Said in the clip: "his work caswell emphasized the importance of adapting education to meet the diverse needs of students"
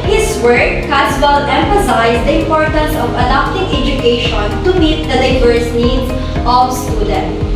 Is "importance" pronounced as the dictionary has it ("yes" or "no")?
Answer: yes